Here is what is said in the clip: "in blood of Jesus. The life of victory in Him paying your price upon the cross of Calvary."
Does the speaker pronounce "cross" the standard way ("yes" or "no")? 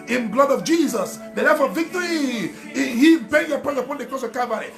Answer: no